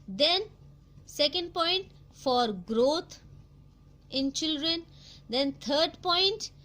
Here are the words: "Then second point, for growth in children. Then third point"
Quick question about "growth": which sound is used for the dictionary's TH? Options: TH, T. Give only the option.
T